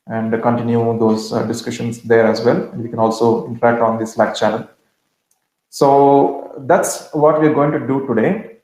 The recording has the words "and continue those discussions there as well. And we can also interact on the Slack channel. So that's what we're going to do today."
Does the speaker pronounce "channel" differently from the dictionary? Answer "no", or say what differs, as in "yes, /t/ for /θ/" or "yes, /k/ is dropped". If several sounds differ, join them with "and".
yes, /l/ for /n/